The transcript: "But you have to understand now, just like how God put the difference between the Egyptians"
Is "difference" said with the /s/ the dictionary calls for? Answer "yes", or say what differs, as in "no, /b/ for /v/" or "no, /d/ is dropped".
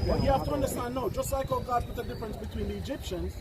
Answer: yes